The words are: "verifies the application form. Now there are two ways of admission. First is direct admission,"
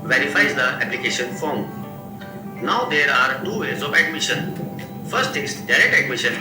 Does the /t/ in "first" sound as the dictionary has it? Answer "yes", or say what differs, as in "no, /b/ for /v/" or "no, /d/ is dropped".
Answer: yes